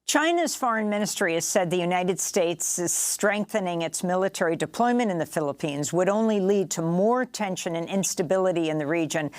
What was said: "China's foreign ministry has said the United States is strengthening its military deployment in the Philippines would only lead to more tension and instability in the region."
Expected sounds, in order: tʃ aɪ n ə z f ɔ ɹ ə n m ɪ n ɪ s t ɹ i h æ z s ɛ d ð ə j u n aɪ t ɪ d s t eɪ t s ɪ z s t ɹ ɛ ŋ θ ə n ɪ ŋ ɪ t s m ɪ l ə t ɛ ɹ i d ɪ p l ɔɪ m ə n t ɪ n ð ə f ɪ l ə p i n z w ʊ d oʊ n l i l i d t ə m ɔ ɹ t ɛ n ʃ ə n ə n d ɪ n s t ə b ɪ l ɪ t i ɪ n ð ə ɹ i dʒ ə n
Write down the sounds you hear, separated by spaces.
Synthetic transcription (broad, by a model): tʃ aɪ n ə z f ɔ ɹ ə n m ɪ n ɪ s t ɹ i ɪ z s ɛ d ð ə j u n aɪ t ɪ d s t eɪ t s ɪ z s t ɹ ɛ ŋ θ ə n ɪ ŋ ɪ t s m ɪ l ə t ɛ ɹ i d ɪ p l ɔɪ m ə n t ɪ n ð ə f ɪ l ə p i n z w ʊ d oʊ n l i l i d t ə m ɔ ɹ t ɛ n ʃ ə n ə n ɪ n s t ə b ɪ l ɪ t i ɪ n ð ə ɹ i dʒ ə n